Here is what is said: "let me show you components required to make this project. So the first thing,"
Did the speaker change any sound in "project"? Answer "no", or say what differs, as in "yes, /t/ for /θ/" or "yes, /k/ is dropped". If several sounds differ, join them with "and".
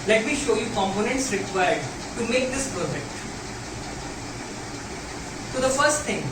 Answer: yes, /ɹ/ is dropped